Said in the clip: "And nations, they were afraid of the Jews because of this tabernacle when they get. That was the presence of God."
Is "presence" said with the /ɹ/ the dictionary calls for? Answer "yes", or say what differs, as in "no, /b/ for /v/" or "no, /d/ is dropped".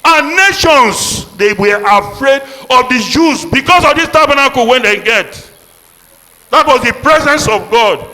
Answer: yes